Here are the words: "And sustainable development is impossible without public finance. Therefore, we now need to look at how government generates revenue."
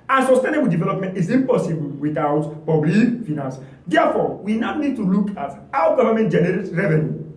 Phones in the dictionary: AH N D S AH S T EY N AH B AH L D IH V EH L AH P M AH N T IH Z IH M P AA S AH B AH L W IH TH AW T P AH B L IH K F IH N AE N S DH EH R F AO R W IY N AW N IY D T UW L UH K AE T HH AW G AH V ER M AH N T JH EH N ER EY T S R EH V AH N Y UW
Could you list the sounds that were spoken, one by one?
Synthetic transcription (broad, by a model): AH S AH S T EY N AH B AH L D IH V EH L AH P M AH N T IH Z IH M P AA S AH B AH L W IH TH AW T P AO B L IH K F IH N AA N S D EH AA F AO W IY N AW N IY D T UW L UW K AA T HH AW G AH V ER M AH N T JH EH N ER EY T R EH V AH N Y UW